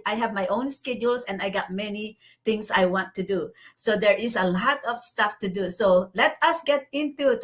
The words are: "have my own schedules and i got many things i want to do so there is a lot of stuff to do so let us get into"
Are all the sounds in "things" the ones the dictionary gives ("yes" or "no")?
no